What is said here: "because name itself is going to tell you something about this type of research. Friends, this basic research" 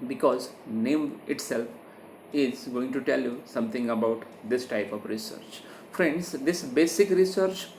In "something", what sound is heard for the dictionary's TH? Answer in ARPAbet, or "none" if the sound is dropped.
T